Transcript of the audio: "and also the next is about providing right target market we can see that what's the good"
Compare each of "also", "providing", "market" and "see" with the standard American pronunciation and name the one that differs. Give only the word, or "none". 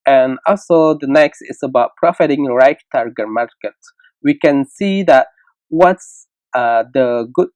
providing